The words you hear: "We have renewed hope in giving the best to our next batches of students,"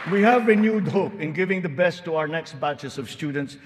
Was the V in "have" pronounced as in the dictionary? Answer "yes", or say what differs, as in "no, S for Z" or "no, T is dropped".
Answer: yes